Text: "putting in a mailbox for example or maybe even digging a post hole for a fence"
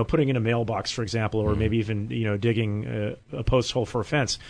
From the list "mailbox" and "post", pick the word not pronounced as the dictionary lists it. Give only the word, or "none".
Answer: none